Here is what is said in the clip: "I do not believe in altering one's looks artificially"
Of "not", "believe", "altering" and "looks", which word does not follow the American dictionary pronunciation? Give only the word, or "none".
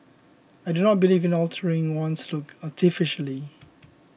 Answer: looks